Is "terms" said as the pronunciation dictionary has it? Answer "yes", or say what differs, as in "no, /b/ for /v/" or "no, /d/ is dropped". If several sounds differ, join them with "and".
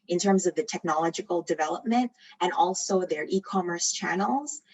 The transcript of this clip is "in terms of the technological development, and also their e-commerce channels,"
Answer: yes